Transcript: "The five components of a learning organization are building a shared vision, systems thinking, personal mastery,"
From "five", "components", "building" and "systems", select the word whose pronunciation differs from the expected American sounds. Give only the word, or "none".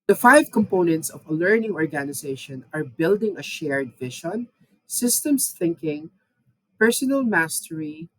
systems